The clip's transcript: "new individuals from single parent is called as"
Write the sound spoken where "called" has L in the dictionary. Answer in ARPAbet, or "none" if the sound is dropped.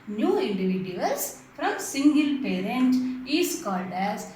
L